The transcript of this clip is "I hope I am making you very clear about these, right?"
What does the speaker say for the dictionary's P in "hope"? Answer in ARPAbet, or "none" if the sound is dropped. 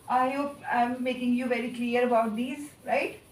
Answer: none